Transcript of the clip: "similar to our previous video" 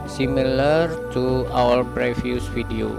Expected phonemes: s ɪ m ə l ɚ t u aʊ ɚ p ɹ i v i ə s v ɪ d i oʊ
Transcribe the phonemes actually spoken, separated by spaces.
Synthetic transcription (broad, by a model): s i m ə l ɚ t u aʊ ɚ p ɹ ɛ f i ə s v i d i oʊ